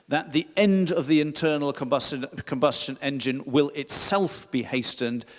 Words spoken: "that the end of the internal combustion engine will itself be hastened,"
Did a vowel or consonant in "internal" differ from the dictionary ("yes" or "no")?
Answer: yes